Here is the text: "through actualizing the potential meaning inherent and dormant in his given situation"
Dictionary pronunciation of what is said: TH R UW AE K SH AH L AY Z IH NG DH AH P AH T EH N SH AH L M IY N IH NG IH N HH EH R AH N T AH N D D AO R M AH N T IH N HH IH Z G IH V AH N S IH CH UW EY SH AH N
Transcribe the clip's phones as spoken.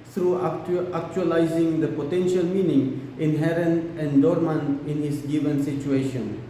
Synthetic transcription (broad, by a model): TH R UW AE K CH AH L AY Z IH NG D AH P AH T EH N SH AH L M IY N IH NG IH N HH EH R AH N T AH N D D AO R M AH N IH N HH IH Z G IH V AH N S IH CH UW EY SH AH N